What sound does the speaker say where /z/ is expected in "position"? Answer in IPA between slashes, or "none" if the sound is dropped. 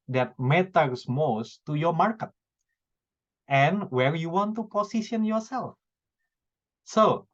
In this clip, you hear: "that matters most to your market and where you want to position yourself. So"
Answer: /s/